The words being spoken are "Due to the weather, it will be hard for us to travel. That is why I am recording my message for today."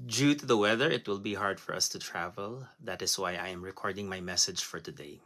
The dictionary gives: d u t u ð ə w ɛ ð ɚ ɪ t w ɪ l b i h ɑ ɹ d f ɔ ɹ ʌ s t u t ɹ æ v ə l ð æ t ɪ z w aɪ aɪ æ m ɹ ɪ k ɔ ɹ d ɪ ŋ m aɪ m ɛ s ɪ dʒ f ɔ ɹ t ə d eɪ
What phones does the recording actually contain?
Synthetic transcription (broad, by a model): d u t u ð ə w ɛ ð ɚ ɪ t w ɪ l b i h ɑ ɹ d f ɔ ɹ ʌ s t u t ɹ æ v ə l ð æ t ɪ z w aɪ aɪ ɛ m ɹ ɪ k ɔ ɹ d ɪ ŋ m aɪ m ɛ s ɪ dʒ f ɔ ɹ t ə d eɪ